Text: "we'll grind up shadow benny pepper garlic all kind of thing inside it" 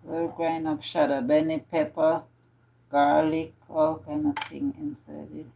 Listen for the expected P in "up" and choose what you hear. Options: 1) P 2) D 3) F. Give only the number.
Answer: 3